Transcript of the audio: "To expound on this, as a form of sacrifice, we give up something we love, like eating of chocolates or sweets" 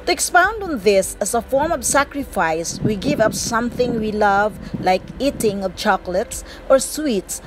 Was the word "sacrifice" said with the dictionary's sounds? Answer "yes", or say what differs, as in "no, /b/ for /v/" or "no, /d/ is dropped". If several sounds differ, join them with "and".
yes